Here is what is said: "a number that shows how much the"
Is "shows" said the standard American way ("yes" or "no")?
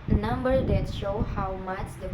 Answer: no